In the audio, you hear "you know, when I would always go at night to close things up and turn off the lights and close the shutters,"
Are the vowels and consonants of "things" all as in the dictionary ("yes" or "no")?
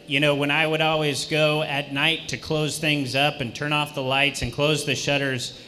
yes